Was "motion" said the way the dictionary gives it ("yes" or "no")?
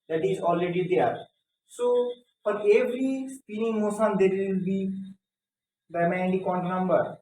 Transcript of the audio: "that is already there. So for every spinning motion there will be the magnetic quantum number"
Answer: no